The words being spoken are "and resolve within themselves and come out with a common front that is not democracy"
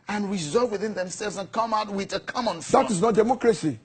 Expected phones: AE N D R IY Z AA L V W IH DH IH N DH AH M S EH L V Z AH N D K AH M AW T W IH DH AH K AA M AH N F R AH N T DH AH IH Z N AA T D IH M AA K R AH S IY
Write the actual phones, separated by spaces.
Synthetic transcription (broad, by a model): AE N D R IY Z AA L V W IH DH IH N DH AH M S EH L V Z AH N K AH M AW T W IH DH AH K AA M AH N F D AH T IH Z N AA T D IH M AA K R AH S IY